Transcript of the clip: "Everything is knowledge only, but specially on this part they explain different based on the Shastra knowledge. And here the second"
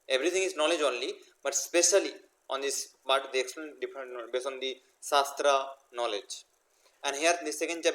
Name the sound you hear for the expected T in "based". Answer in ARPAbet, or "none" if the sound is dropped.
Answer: none